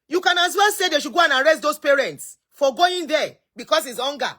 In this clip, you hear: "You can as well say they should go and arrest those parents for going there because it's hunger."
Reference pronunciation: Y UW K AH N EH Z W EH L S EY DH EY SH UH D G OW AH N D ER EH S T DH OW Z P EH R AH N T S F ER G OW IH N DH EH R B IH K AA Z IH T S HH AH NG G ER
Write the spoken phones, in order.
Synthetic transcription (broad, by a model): Y UW K AH N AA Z W EH L S EY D EY SH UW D G OW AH N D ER EH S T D OW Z P EH R AH N T S F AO G OW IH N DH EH B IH K AA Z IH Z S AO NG G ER